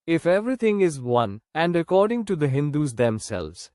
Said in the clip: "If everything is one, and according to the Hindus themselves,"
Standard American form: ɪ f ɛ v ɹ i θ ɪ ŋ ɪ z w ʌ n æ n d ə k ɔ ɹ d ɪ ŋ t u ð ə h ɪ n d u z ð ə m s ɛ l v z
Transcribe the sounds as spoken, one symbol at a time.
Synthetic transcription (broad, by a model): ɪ f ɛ v ɹ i t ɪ ŋ ɪ z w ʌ n æ n d ə k ɔ ɹ d ɪ ŋ t u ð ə h ɪ n d u z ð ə m s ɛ l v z